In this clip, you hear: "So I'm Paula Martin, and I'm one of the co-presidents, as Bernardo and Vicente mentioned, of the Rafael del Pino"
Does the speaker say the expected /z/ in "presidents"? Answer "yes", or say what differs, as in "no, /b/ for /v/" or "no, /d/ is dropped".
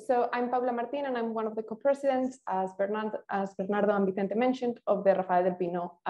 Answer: no, /s/ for /z/